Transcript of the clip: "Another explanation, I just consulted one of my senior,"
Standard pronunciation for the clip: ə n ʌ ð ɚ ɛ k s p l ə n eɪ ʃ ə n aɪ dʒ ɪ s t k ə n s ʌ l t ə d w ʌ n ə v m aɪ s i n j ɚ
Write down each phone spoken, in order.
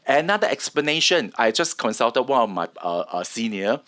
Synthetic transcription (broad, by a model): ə n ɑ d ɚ ɛ k s p l ə n eɪ ʃ ə n aɪ dʒ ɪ s k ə n s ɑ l t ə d w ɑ n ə f m aɪ s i n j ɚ